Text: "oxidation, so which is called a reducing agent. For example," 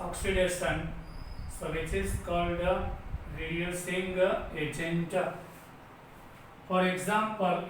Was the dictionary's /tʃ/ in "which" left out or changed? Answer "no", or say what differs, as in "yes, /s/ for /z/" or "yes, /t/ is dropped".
yes, /s/ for /tʃ/